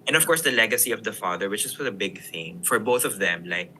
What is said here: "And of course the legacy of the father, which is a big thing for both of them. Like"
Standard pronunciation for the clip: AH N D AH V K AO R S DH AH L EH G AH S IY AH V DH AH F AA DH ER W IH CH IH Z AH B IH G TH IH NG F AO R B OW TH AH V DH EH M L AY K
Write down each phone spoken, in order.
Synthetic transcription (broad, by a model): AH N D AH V K AO R S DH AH L EH G AH S IY AH V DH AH F AA DH ER W IH CH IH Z AH B IH G TH IH NG F AO R B OW TH AH V DH EH M L AY K